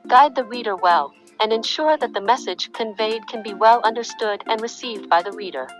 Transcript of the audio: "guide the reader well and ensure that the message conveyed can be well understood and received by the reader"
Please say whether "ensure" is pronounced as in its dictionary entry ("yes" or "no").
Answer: yes